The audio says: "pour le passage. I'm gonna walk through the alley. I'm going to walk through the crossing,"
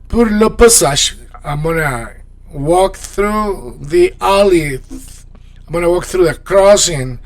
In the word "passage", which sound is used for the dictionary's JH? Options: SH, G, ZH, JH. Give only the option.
SH